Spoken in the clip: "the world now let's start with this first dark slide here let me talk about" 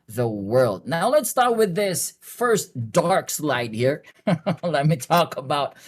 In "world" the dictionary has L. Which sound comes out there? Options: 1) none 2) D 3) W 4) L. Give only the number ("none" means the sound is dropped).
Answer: 4